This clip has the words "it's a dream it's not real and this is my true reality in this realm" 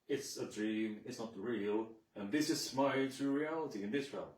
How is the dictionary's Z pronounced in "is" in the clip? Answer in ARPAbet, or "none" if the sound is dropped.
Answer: S